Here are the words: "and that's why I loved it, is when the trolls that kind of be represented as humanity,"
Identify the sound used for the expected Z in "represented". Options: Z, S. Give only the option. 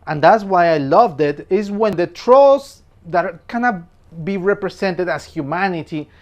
S